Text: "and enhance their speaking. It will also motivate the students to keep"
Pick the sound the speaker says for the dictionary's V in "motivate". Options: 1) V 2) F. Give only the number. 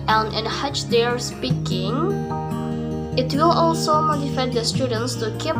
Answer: 2